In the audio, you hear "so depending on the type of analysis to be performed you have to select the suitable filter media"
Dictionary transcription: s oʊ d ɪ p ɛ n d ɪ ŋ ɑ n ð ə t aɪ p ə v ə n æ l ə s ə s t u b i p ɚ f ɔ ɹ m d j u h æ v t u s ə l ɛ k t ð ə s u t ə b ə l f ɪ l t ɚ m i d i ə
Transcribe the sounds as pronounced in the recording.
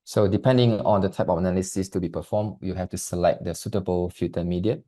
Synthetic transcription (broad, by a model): s oʊ d ɪ p ɛ n d ɪ ŋ ɑ n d ə t aɪ p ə f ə n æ l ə s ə s t u b i p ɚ f ɔ m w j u h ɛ f t u s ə l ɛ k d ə s u t ə b ə l f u t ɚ m i d i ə